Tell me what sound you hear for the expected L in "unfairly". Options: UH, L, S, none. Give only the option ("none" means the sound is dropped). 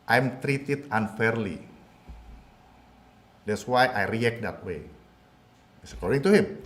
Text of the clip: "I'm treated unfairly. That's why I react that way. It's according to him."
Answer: L